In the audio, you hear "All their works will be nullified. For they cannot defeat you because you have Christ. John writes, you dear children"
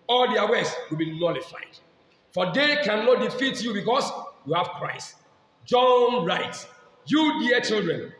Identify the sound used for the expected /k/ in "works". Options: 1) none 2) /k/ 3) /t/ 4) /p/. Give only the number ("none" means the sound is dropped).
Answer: 1